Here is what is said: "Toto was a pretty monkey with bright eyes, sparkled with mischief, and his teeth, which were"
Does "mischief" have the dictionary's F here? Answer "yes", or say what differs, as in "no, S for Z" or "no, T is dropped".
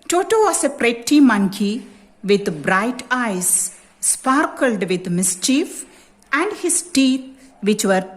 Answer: yes